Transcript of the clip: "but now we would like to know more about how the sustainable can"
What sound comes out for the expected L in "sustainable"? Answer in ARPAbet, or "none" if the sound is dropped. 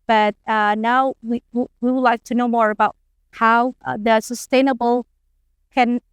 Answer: L